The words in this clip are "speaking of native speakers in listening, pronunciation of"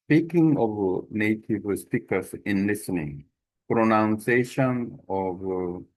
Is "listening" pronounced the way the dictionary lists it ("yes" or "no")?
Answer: yes